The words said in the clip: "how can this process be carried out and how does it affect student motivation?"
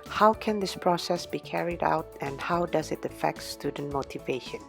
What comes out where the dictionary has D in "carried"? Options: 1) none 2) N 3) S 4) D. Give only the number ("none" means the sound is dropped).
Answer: 4